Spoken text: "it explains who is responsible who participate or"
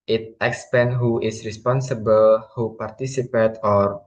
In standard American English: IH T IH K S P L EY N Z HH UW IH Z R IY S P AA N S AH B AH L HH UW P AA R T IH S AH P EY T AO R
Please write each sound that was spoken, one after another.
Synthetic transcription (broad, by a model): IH T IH K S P EY N HH UW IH S R IY S P AA N S AH B AH L HH UW P AA R T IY S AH P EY T AO R